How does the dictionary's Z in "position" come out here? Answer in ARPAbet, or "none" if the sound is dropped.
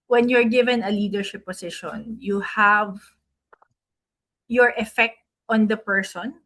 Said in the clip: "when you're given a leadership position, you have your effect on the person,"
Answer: S